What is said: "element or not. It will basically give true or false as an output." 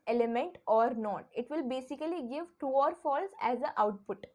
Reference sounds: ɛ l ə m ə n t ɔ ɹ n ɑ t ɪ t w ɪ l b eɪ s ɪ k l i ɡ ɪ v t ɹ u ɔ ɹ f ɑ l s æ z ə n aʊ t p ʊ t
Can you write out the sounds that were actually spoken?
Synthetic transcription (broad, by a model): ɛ l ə m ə n t ɔ ɹ n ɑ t ɪ t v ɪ l b eɪ s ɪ k l i ɡ ɪ v t u ɔ ɹ f ɑ l s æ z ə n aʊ t p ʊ t